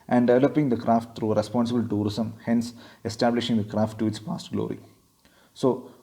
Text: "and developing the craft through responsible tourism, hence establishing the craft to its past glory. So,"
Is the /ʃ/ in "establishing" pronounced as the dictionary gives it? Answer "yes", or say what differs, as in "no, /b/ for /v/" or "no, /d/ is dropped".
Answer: yes